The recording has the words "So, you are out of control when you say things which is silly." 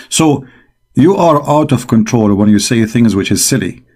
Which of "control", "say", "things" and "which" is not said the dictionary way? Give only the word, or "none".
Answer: none